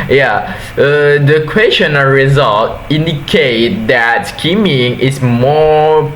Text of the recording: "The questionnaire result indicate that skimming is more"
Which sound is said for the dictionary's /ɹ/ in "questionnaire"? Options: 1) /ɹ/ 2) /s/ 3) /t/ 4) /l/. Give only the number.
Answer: 4